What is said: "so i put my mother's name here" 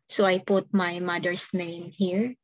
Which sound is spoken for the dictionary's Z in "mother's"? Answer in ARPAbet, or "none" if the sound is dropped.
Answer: S